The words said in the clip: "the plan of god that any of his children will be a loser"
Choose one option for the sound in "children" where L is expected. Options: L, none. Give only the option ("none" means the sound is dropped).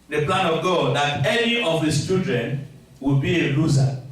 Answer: none